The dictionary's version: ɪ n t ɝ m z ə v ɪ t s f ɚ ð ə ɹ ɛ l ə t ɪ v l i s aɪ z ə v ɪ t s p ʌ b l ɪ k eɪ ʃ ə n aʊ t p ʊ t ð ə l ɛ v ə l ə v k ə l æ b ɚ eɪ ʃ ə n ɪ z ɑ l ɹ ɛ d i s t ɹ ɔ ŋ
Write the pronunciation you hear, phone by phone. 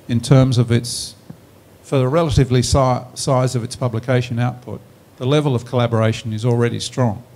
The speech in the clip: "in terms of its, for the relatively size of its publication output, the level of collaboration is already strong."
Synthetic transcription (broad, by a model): ɪ n t ɝ m z ə v ɪ t s f ɚ ð ə ɹ ɛ l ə t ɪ v l i s aɪ z ə v ɪ t s p ʌ b l ɪ k eɪ ʃ ə n aʊ t p ʊ t ð ə l ɛ v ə l ə v k ə l æ b ɚ eɪ ʃ ə n ɪ z l ɹ ɛ d i s t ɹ ɔ ŋ